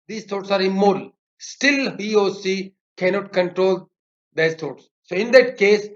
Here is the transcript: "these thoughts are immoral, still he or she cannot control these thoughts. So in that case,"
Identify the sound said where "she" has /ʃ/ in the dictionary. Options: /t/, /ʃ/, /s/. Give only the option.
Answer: /s/